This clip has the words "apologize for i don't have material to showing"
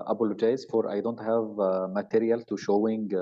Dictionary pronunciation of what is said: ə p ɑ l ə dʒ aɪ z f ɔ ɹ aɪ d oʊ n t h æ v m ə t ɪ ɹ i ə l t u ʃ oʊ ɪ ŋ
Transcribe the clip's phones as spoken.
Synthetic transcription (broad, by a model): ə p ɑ l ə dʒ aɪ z f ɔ ɹ aɪ d oʊ n t h æ v m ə t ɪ ɹ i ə l t u ʃ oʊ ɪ ŋ